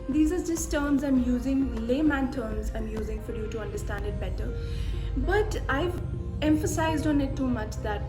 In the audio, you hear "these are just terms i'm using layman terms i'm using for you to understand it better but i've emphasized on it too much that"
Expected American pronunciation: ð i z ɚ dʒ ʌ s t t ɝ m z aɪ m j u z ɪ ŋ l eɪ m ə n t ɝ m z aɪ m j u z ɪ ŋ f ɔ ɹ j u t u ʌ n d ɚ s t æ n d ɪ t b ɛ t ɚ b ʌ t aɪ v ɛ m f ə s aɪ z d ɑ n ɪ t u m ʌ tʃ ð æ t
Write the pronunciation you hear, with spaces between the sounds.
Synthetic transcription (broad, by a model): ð i z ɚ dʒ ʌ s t t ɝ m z aɪ m j u z ɪ ŋ l eɪ m ə n t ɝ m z aɪ m j u z ɪ ŋ f ɔ ɹ j u t u ʌ n d ɚ s t æ n d ɪ t b ɛ t ɚ b ʌ t aɪ v ɛ m f ə s aɪ z d ɑ n ɪ t u m ʌ tʃ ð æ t